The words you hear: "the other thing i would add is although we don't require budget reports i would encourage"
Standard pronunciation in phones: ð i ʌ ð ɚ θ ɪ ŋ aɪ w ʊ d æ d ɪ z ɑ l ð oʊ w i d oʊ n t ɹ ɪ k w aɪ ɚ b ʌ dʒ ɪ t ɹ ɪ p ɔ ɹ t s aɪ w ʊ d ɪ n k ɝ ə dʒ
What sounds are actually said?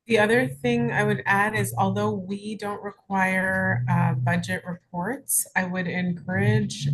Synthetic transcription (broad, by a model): ð i ʌ ð ɚ θ ɪ ŋ aɪ w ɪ d æ d ɪ z ɑ l ð oʊ w i d oʊ n t ɹ ɪ k w aɪ ɚ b ʌ dʒ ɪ t ɹ ɪ p ɔ ɹ t s aɪ w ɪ d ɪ n k ɝ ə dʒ